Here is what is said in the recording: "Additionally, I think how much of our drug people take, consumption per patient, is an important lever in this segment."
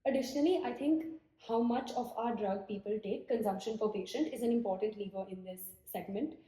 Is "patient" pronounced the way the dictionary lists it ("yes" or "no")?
yes